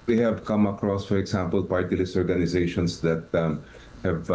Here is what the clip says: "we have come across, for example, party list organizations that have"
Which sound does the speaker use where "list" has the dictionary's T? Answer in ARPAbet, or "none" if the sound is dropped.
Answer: none